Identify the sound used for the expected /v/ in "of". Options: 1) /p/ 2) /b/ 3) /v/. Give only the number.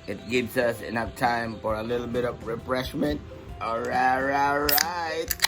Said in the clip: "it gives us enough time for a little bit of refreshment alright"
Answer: 3